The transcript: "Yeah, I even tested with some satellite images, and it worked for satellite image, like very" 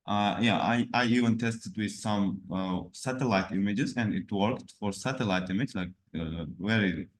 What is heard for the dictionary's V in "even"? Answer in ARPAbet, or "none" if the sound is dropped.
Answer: V